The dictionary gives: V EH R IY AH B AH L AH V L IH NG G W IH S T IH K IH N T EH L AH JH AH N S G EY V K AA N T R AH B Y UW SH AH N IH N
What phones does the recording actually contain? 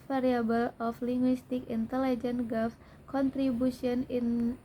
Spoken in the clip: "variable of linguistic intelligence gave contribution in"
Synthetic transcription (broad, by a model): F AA R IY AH B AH L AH F L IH NG G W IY S T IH K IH N T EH L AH JH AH N G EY F K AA N T R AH B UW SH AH N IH N